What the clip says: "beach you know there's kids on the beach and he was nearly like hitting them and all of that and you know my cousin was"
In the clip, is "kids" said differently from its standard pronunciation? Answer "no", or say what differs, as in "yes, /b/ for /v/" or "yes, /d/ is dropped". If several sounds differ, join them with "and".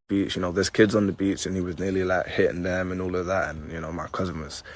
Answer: no